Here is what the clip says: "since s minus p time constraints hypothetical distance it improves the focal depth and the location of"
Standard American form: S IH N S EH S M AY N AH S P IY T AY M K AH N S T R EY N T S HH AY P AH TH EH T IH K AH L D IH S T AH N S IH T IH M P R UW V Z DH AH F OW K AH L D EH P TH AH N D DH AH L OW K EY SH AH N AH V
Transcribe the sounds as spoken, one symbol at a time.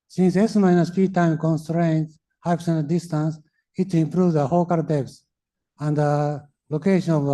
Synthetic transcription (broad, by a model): S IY N S EH S M AY N AH S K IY T AY M K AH N S T R EY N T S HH AY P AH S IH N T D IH S T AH N S IH T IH M P R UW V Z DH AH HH OW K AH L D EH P S AH N D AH L OW K EY SH AH N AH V